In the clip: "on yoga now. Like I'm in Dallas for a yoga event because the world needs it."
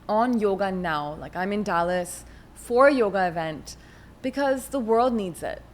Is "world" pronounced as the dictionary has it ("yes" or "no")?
yes